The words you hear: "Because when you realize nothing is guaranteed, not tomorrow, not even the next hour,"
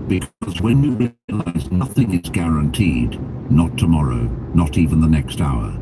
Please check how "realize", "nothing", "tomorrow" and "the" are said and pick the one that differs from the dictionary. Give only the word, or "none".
none